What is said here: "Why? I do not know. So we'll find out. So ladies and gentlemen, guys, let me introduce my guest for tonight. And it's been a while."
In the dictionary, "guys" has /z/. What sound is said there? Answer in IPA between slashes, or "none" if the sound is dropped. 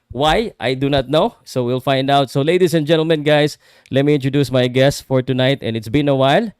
/s/